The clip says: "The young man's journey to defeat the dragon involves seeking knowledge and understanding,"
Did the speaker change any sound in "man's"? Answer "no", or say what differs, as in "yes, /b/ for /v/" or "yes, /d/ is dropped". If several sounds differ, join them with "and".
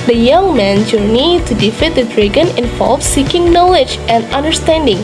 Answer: yes, /z/ is dropped